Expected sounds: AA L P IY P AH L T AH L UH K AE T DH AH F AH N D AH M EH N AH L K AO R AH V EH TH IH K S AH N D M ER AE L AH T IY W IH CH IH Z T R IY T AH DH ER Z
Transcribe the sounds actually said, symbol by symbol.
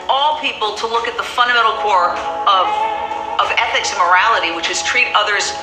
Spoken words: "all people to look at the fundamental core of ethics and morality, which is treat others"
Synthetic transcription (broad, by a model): AA L P IY P L T AH L UH K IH T DH AH F AH N D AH M EH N L K AO R AH V EH TH IH K S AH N M ER AE L AH T IY W IH CH IH Z T R IY T AH DH ER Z